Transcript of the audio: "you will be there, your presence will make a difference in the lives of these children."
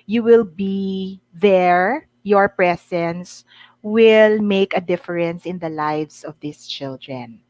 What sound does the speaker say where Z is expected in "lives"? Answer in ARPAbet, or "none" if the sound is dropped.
S